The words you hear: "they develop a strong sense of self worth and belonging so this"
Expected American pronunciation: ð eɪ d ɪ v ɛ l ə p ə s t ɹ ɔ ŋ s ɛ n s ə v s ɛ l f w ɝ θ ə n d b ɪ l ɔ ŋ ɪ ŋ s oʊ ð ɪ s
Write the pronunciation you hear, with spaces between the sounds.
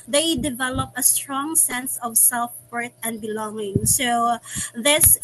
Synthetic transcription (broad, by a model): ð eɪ d ɪ v ɛ l ə p ə s t ɹ ɔ ŋ s ɛ n s ə v s ɛ l f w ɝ t ə n d b ɪ l ɔ ŋ ɪ ŋ s oʊ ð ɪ s